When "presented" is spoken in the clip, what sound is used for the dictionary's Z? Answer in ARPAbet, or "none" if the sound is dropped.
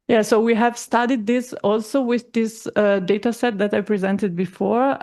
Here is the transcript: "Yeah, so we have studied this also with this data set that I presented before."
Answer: Z